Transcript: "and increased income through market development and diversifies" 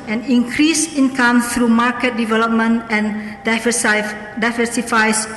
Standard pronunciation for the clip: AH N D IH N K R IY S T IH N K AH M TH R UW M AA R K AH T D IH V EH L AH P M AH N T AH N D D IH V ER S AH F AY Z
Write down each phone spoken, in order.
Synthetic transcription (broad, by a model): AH N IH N K R IY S IH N K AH M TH R UW M AA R K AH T D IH V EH L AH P M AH N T AH N D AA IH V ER S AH F AY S